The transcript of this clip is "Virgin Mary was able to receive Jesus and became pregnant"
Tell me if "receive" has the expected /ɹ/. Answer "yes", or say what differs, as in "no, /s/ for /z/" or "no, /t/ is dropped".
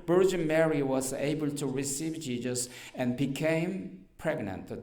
yes